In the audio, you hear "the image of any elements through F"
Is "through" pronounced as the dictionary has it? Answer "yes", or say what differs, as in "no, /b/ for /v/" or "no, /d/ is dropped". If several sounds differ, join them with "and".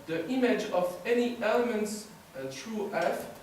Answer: no, /t/ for /θ/